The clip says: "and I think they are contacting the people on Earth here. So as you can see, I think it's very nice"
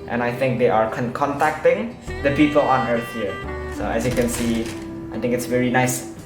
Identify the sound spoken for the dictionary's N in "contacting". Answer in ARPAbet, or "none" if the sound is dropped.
N